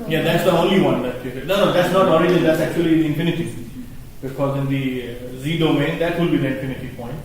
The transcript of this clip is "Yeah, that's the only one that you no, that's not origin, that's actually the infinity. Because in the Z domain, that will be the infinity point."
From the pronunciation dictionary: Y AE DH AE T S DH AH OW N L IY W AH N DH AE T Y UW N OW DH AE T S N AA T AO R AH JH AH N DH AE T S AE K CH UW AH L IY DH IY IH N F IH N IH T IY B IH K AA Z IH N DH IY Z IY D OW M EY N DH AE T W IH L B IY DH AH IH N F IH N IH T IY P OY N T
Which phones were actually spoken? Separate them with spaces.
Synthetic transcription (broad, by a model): Y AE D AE T S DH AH OW N L IY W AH N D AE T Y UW N OW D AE T S N AA T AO R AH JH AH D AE T S AE K CH UW AH L IY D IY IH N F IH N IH T IY B IH K AA Z IH N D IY Z IY D OW M EY N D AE T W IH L B IY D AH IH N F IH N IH T IY P OY N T